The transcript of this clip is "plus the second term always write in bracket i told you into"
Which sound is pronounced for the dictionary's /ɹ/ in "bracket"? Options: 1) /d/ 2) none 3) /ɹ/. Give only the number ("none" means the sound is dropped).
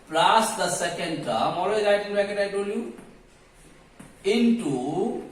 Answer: 2